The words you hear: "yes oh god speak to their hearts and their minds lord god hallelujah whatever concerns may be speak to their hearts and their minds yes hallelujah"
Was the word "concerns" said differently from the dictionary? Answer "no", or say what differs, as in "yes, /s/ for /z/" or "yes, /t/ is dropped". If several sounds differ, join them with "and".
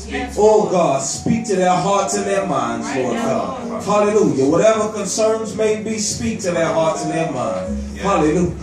no